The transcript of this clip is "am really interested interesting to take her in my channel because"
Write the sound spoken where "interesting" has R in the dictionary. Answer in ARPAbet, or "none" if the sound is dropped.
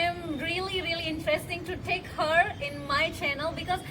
R